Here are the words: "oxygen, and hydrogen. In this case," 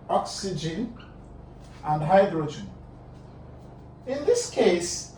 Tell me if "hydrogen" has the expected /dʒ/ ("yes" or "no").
yes